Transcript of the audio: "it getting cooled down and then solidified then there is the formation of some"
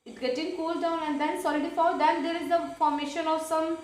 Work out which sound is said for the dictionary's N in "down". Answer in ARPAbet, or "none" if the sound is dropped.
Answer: N